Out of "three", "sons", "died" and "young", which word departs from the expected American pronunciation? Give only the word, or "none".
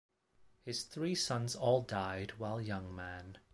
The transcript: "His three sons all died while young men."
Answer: none